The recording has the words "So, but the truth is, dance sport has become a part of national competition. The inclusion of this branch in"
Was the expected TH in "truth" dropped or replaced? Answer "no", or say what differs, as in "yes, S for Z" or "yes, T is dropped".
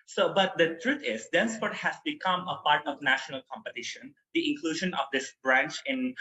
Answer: yes, T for TH